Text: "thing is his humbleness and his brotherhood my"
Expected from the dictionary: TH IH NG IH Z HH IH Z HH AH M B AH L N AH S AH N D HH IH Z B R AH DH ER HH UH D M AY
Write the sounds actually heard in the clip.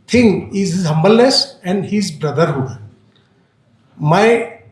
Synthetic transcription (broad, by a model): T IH NG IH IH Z HH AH M B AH L AH S AH N D HH IH Z B R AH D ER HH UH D M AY